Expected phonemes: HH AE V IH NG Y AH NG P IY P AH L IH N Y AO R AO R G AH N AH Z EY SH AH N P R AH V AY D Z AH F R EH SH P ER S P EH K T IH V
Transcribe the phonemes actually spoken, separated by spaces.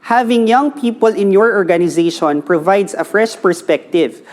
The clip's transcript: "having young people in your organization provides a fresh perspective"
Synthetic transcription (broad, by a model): HH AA V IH NG Y AH NG P IY P AH L IH N Y AO R AO R G AH N AH Z EY SH AH N P R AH V AY D S AH F R EH SH P ER S P EH K T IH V